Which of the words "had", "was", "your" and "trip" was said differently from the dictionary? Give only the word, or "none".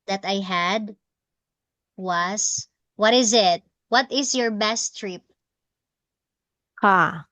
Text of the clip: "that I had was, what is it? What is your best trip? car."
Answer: was